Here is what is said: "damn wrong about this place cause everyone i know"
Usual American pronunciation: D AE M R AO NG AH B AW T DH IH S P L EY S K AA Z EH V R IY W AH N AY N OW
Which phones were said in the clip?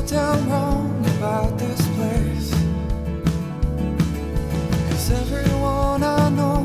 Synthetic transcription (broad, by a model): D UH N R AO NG AH B AW T DH IH S P L EY S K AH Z EH V R IY W AH N AY N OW